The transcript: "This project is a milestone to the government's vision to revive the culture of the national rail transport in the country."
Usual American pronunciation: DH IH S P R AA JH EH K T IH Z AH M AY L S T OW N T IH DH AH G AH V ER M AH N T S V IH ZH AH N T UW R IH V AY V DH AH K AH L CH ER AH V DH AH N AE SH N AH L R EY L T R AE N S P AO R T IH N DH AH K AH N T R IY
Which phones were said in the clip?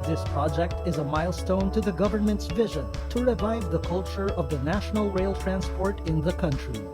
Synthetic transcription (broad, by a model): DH IH S P R AA JH EH K T IH Z AH M AY L S T OW N T IH DH AH G AH V ER M AH N T S V IH ZH AH N T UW R IH V AY V DH AH K AH L CH ER AH V DH AH N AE SH N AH L R EY L T R AE N S P AO R T IH N DH AH K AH N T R IY